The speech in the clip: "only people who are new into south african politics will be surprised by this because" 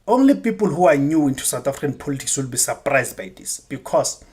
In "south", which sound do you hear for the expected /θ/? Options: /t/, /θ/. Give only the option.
/t/